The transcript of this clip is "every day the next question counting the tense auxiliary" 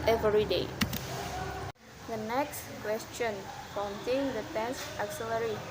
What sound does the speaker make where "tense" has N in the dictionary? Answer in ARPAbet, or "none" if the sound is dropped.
none